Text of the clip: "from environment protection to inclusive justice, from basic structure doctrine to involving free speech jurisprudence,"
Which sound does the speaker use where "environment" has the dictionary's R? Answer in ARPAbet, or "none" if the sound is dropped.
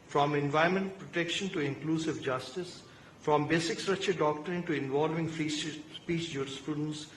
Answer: none